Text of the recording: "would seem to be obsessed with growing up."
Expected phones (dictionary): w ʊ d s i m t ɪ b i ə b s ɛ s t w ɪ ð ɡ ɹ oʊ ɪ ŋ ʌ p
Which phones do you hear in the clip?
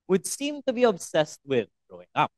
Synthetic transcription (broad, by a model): w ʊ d s i m t ɪ b i ə b s ɛ s t w ɪ ð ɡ oʊ ɪ ŋ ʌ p